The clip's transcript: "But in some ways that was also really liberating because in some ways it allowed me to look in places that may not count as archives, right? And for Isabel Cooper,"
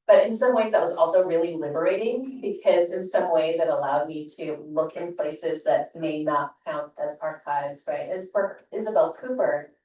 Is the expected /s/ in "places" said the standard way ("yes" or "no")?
yes